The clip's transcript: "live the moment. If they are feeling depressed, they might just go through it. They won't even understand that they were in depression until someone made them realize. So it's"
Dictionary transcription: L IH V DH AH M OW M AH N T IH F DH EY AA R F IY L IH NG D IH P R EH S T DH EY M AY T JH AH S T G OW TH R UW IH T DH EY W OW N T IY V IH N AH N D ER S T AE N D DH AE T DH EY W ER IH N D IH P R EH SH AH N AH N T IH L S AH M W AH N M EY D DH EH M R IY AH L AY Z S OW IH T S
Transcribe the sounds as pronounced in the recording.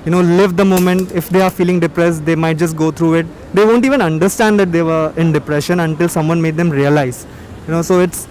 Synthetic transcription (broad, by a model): L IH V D AH M OW M AH N T IH F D EY AA R F IY L IH NG D IH P R EH S T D EY M AY T JH AH S T G OW T R UW IH T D EY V OW N T IY V IH N AH N D ER S T AE N D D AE T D EY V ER IH N D IH P R EH SH AH N AH N T IH L S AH M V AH N M EY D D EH M R IY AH L AY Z S OW IH T S